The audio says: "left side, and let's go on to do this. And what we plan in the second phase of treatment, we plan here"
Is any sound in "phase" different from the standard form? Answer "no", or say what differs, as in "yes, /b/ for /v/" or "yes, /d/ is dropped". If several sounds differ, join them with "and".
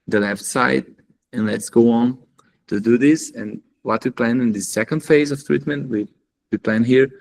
no